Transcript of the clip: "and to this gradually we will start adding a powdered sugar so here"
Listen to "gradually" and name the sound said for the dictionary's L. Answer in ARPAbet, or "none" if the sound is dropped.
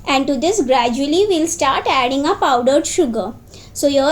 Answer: none